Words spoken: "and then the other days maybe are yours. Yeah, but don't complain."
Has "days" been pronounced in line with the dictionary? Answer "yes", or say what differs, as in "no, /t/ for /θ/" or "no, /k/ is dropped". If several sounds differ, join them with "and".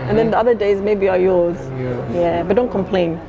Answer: yes